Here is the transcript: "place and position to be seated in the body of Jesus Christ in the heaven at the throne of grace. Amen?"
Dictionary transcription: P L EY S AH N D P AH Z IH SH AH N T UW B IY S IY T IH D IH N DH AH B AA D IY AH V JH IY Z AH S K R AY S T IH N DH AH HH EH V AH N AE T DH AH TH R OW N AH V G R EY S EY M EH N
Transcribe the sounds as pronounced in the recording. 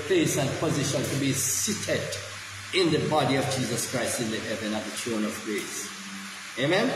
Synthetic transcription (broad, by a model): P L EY S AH N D P AH Z IH SH AH N T UW B IY S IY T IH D IH N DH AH B AA D IY AH V JH IY Z AH S K R AY S T IH N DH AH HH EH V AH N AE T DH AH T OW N AH V G R EY S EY M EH N